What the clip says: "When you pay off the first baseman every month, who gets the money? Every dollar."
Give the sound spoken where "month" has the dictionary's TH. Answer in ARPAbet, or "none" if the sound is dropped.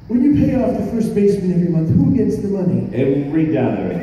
TH